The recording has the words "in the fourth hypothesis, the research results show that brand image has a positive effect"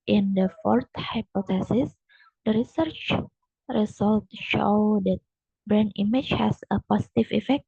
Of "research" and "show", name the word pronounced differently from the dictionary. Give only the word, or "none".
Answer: none